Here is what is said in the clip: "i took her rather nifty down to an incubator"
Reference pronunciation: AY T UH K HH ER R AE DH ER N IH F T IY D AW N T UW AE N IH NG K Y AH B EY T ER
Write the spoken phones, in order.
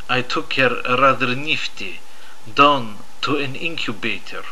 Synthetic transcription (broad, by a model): AY T UH K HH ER R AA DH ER N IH F T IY D AW N T UW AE N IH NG K Y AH B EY T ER